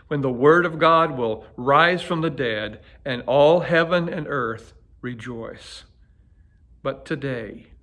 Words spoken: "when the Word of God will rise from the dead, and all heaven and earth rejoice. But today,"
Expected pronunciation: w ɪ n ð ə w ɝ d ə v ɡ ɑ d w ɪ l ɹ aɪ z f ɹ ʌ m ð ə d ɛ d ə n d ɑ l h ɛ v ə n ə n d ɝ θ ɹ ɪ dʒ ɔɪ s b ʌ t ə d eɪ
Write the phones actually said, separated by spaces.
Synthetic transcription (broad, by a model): w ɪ n ð ə w ɝ d ə v ɡ ɑ d w ɪ l ɹ aɪ z f ɹ ʌ m ð ə d ɛ d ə n ɑ l h ɛ v ə n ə n ɝ θ ɹ ɪ dʒ ɔɪ s b ʌ t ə d eɪ